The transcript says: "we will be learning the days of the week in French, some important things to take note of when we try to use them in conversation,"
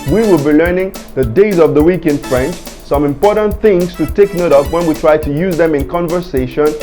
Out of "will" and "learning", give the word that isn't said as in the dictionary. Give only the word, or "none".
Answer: none